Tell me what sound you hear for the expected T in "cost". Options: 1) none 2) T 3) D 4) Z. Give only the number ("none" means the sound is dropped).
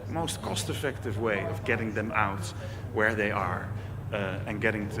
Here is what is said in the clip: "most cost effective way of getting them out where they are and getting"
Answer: 2